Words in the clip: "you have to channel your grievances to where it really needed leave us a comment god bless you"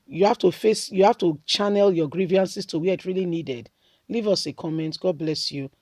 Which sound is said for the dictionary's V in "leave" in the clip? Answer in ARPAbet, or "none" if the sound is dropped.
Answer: V